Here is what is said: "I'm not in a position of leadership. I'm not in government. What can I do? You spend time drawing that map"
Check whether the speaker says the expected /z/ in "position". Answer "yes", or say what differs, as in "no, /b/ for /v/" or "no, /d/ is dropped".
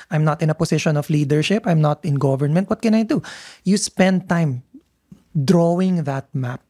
no, /s/ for /z/